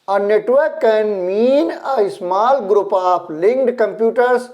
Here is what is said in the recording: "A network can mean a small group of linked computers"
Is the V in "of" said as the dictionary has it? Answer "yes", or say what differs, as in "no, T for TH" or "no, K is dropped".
no, P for V